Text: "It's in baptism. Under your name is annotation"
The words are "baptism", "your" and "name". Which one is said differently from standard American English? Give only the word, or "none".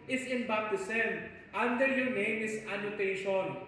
baptism